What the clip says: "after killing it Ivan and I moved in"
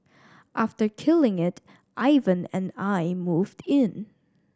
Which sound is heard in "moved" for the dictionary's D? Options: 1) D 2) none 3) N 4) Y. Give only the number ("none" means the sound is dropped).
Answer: 1